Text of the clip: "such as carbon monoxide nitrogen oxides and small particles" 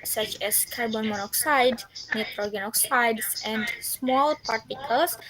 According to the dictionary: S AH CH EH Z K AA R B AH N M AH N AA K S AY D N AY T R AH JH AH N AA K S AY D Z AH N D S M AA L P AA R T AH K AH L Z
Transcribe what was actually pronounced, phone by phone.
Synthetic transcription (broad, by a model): S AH CH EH S K AA R B AH N M AH N AA K S AY D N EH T R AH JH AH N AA K S AY D S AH N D S M AA L P AA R T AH K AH L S